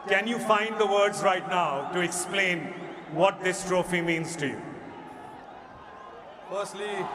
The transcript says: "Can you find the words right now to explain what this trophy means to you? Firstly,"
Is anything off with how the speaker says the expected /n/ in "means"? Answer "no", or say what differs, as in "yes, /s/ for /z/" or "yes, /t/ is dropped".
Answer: no